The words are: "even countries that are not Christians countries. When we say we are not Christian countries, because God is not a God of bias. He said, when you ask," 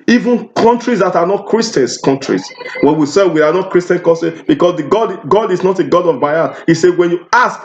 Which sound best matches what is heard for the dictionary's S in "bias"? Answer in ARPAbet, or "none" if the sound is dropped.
none